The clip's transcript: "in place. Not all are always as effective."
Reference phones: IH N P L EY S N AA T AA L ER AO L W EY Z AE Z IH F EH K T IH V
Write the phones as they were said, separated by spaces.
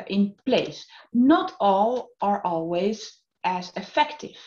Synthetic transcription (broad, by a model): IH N P L EY S N AA T AA L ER AO L W EY Z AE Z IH F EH K T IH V